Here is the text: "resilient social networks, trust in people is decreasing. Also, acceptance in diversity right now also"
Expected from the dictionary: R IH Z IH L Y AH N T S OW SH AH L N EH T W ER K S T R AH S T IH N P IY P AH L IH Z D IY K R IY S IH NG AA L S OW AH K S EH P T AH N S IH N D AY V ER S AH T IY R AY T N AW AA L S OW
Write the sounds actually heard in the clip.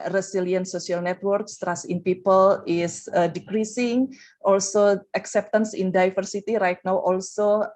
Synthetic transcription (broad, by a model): R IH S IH L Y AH N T S OW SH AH L N EH T W ER K S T R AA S IH N P IY P AH L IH S D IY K R IY S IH NG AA L S OW AH K S EH P T AH N S IH N D AY F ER S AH T IY R AY T N AW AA L S OW